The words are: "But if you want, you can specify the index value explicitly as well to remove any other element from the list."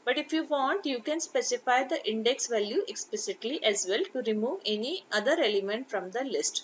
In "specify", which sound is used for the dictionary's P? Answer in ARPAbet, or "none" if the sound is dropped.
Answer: P